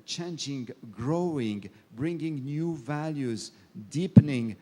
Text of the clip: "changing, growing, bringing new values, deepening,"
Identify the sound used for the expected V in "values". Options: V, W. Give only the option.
V